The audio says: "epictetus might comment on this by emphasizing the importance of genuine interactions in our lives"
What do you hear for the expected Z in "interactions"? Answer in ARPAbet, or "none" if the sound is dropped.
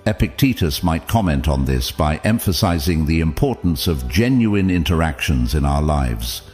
Z